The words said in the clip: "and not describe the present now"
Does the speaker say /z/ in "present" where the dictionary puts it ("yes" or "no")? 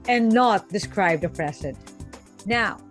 no